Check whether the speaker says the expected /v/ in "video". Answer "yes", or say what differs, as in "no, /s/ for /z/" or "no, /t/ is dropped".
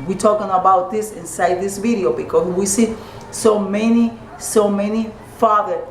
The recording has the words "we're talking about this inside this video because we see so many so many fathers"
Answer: yes